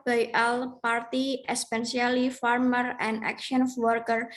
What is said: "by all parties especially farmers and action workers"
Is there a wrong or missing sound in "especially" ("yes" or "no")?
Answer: yes